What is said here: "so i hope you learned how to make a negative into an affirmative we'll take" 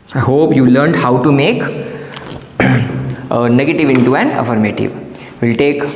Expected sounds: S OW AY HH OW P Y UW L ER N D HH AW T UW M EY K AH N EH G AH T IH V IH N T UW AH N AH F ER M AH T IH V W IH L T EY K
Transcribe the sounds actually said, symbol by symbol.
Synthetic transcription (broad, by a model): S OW AY HH OW P Y UW L ER N D HH AW T UW M EY K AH N EH G AH T IH V IH N T UW AH N AH F ER M AH T IH V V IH L T EY K